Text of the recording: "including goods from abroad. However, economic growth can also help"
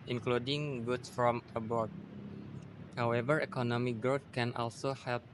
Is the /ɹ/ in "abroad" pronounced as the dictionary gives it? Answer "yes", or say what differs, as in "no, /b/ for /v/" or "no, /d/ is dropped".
no, /ɹ/ is dropped